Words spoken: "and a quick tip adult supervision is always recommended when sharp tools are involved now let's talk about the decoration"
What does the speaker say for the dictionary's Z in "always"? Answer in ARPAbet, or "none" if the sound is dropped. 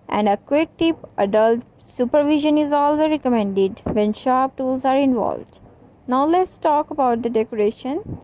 none